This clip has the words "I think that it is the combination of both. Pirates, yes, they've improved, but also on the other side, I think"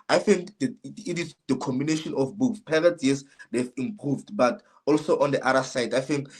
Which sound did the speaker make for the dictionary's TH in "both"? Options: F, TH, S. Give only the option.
S